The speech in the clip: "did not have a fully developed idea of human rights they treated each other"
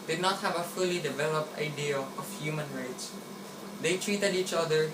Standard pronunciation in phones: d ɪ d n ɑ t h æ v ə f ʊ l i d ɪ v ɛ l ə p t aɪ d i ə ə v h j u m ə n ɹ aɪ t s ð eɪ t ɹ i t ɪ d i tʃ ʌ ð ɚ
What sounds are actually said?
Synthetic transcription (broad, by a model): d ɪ d n ɑ t h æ v ə f ʊ l i d ɪ v ɛ l ə p t aɪ d i ə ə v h j u m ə n ɹ aɪ t s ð eɪ t ɹ i t ɪ d i tʃ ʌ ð ɚ